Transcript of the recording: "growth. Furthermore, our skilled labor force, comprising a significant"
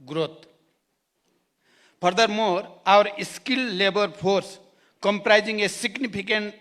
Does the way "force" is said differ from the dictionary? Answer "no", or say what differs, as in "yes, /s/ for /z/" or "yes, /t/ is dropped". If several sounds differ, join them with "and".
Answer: yes, /p/ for /f/